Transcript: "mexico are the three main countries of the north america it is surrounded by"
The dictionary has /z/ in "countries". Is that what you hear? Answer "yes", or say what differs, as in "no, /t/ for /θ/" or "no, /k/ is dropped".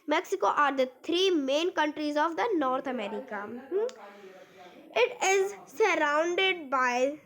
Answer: yes